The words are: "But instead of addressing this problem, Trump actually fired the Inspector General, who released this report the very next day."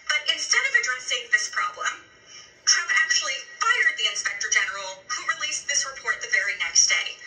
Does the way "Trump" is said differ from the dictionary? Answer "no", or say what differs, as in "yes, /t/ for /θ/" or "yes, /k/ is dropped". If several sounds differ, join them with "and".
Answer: yes, /p/ is dropped